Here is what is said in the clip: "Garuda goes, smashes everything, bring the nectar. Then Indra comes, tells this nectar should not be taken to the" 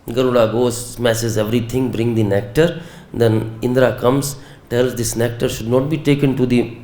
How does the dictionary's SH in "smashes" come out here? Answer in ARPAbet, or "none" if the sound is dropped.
S